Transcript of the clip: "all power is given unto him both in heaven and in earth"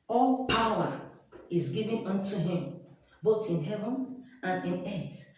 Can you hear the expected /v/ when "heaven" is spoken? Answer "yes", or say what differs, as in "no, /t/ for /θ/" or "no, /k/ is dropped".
yes